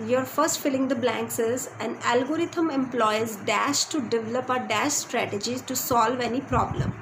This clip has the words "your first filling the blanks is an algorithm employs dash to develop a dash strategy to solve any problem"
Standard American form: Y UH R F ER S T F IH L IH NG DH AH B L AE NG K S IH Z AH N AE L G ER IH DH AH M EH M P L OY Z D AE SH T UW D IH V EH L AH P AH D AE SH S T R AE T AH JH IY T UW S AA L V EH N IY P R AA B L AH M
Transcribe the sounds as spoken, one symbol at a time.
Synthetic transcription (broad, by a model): Y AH R F ER S T F IH L IH NG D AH B L AE NG K S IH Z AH N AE L G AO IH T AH M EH M P L OY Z D AE SH T UW D IH V EH L AH P AH D AE SH S T R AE T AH JH IY T UW S AA L V EH N IY P R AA B L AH M